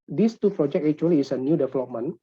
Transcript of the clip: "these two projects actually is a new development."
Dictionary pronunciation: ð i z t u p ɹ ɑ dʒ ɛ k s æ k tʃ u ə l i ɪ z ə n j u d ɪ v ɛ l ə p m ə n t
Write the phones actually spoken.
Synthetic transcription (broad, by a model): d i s t u p ɹ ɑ dʒ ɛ k ɛ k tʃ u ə l i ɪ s ə n j u d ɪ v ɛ l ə p m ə n